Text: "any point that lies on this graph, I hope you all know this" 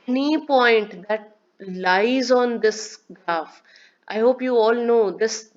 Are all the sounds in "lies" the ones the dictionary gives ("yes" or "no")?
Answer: yes